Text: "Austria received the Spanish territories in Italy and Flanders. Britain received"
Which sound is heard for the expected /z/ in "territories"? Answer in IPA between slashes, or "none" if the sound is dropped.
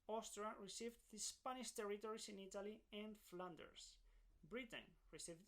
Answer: /s/